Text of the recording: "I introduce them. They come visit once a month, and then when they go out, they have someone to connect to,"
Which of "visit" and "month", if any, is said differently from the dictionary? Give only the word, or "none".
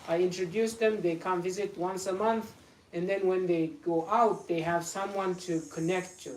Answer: none